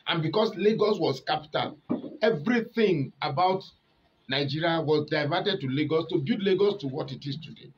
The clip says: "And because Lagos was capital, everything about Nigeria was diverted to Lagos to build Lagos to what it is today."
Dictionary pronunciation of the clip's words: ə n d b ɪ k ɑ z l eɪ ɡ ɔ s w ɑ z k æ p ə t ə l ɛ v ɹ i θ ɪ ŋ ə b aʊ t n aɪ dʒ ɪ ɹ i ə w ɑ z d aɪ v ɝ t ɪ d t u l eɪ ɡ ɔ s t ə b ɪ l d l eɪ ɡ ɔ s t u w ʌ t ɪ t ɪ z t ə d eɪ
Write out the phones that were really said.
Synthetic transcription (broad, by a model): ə n b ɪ k ɑ s l eɪ ɡ ɔ s w ɑ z k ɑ p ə t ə l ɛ v ɹ i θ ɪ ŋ ə b aʊ t n aɪ dʒ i ɹ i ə w ɑ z d aɪ v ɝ t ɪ d t u l eɪ ɡ ɔ s t ə b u d l eɪ ɡ ɔ s t u w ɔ t ɪ t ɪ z t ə d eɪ